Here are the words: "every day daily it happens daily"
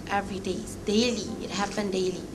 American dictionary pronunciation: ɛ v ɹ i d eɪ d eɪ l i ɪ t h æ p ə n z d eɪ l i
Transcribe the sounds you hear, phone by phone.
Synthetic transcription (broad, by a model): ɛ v ɹ i d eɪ d eɪ l i ɪ t h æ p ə n d eɪ l i